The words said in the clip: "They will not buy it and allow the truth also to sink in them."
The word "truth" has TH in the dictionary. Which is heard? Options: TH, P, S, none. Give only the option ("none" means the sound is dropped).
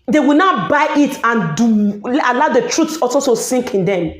S